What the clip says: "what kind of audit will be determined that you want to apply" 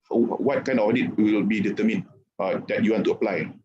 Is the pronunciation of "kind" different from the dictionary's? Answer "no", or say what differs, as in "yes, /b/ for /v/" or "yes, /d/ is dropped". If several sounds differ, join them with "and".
yes, /d/ is dropped